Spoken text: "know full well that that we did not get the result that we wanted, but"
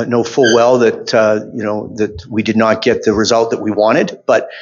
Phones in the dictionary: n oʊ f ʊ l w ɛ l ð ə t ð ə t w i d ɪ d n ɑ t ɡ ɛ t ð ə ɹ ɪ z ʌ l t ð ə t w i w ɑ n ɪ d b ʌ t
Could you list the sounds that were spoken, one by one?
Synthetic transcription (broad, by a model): n oʊ f ʊ l w ɛ l ð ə t ð ə t w i d ɪ d n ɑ t ɡ ɛ t ð ə ɹ ɪ z ʌ l t ð ə t w i w ɑ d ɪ d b ʌ t